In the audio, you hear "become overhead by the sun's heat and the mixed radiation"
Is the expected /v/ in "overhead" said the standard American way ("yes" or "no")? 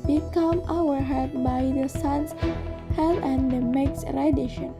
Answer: no